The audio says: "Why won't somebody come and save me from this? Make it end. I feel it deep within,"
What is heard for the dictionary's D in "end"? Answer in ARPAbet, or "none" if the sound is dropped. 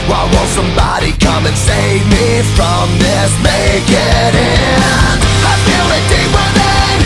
none